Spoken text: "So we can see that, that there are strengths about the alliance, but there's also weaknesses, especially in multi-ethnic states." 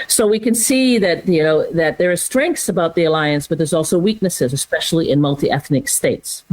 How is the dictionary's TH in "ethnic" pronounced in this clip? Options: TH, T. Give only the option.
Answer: TH